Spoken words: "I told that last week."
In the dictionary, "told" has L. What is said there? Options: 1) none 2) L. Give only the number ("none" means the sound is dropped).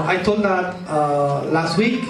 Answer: 1